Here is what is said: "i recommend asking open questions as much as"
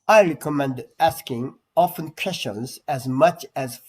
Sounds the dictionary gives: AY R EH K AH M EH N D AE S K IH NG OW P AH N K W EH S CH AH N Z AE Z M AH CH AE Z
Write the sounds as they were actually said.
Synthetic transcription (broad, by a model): AY R EH K AH M EH N D AE S K IH NG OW F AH N K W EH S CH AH N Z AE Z M AH CH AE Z